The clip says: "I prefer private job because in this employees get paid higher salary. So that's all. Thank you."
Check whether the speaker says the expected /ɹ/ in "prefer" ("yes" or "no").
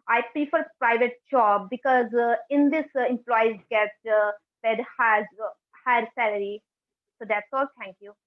no